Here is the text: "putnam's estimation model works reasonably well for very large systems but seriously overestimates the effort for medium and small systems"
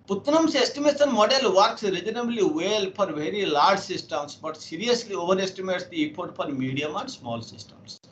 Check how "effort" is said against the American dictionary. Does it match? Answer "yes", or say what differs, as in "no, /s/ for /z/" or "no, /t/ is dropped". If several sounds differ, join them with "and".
no, /p/ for /f/